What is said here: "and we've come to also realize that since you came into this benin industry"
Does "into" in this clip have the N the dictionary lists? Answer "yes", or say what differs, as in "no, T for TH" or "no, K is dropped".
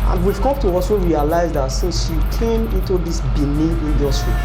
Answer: yes